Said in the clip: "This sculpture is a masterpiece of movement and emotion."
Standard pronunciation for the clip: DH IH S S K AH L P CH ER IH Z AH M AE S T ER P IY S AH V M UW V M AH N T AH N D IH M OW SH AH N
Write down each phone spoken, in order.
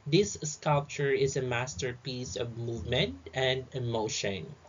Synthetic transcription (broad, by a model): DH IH S S K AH L P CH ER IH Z AH M AE S T ER P IY S AH V M UW V M AH N T AH N D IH M OW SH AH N